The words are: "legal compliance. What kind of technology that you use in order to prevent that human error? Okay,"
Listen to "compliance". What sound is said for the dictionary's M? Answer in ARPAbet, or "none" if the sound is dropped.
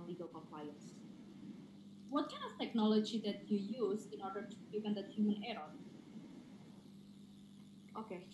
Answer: none